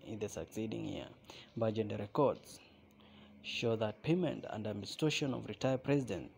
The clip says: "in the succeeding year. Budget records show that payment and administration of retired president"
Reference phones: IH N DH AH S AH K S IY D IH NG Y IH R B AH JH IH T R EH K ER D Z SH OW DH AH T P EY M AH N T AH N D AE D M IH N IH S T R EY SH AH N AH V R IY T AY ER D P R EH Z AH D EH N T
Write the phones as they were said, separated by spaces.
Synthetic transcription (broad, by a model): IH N DH AH S AH K S IY D IH NG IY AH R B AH JH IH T R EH K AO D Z SH OW DH AH T P EY M AH N T AH N D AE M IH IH S T EY SH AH N AH V R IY T AY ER P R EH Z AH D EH N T